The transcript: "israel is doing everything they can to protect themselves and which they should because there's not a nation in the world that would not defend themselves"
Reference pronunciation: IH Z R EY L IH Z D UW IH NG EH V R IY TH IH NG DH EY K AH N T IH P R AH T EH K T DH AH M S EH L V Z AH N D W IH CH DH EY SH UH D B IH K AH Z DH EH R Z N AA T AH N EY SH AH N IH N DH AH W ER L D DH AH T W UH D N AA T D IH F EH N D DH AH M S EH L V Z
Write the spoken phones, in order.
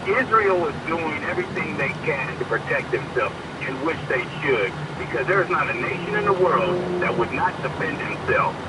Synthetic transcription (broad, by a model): IH Z R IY L IH Z D UW IH NG EH V R IY TH IH NG DH EY K AH N T IH P R AH T EH K T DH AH M S EH L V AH N W IH CH DH EY SH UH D B IH K AH Z DH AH R Z N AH T AH N EY SH AH N IH N DH AH W ER L D DH AH T W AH D N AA T D IH F EH N D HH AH M S EH L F